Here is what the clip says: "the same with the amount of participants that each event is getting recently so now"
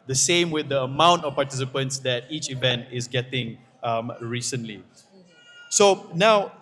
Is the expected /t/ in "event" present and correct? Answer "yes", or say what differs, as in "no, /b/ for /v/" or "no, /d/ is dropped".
yes